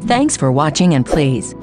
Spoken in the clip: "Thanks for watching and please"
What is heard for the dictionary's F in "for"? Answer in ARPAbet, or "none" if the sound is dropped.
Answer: F